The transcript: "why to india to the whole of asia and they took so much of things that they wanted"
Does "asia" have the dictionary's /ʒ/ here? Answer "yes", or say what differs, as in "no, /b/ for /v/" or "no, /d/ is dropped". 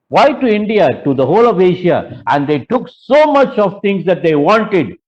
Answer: no, /ʃ/ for /ʒ/